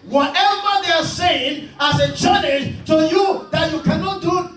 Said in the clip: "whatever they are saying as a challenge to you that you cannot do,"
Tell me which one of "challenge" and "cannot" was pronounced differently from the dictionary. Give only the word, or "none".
challenge